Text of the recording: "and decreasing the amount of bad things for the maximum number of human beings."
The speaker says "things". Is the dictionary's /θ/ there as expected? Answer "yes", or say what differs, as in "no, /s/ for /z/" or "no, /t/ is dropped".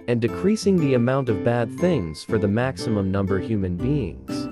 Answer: yes